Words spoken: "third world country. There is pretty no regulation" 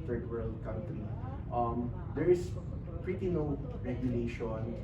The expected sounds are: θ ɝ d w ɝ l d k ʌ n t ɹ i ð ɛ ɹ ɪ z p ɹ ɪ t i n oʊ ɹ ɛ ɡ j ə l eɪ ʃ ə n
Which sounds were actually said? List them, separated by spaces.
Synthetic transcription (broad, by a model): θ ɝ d w ɝ l d k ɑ n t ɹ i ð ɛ ɹ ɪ s p ɹ ɪ t i n oʊ ɹ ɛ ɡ j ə l eɪ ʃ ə n